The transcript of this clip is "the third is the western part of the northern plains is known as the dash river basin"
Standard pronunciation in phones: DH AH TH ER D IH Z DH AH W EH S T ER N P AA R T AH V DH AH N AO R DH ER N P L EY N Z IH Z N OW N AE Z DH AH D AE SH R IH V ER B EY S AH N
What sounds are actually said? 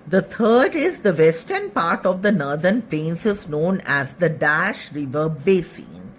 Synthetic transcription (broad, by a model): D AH T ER D IH Z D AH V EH S T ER N P AA R T AH V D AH N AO R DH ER N P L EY N S IH Z N OW N AE Z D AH D AE SH R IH V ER B EY S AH N